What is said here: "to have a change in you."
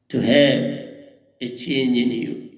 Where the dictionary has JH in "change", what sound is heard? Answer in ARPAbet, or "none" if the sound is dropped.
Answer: none